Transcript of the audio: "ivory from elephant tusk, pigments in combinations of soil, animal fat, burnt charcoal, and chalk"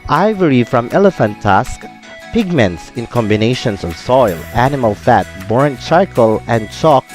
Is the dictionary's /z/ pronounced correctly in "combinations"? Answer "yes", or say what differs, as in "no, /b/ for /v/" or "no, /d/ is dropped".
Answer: no, /s/ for /z/